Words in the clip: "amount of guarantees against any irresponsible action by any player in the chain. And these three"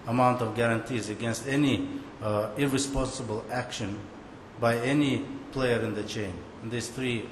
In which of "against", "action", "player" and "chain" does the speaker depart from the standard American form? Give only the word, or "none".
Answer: chain